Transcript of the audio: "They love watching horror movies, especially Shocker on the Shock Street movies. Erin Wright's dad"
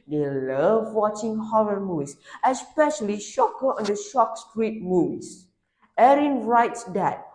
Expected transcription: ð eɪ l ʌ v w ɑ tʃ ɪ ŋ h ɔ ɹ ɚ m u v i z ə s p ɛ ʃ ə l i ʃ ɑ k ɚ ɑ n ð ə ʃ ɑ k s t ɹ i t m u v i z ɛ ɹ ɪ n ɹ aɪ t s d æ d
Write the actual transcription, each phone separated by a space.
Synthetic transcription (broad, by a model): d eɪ l ʌ v w ɑ tʃ ɪ ŋ h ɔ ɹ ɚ m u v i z ə s p ɛ ʃ ə l i ʃ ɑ k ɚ ɑ n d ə ʃ ɑ k s t ɹ i t m u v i s ɛ ɹ ɪ n ɹ aɪ t s d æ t